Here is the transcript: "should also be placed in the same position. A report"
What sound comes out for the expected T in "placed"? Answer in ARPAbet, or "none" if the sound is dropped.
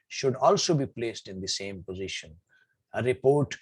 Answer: T